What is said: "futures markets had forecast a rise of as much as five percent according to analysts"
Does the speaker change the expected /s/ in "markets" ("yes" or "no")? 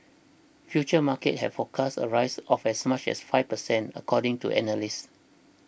yes